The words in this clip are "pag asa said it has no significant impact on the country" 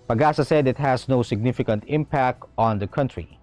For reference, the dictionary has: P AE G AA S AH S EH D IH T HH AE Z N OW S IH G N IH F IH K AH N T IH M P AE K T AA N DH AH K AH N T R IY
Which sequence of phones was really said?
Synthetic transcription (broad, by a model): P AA G AA S AH S EH D IH T HH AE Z N OW S IH G N IH F IH K AH N T IH M P AE K T AA N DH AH K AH N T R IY